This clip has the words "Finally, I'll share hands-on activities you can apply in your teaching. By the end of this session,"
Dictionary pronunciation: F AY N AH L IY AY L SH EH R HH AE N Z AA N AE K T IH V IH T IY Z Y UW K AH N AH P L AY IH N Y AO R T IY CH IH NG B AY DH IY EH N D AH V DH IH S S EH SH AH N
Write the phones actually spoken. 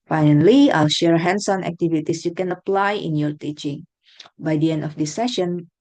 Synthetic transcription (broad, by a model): F AY N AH L IY AY L SH EH R HH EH N S AA N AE K T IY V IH T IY S Y UW K AH N AH P L AY IH N Y AO R T IY CH IH NG B AY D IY EH N D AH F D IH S S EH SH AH N